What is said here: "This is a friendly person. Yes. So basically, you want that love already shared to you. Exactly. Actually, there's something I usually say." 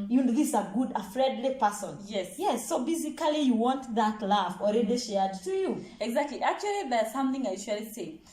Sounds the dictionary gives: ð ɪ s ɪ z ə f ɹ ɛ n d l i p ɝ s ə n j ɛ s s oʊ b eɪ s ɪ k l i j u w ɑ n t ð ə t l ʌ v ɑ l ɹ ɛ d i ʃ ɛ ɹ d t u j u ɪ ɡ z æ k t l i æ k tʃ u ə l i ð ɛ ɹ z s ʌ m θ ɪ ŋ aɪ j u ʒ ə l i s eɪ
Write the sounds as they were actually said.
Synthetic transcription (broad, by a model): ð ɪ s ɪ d ə f ɹ ɛ n d l i p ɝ s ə n j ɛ s s oʊ b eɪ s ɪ k l i j u w ɑ n t ð ə t l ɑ f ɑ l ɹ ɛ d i ʃ ɛ ɹ d t u j u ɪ ɡ z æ k t l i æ k tʃ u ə l i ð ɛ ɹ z s ʌ m θ ɪ ŋ aɪ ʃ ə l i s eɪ